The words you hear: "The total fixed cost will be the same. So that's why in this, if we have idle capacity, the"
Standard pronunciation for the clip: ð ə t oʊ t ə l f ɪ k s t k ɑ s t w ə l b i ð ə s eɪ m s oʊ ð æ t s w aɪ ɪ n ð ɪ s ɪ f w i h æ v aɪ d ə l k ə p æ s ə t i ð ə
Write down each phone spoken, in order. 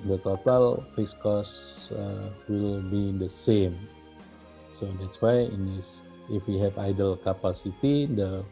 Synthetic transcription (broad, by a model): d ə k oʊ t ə l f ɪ s k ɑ s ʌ w ə l b i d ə s eɪ m s oʊ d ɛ t s w aɪ ɪ n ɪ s ɪ f w i h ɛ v aɪ d ə l k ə p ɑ s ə t i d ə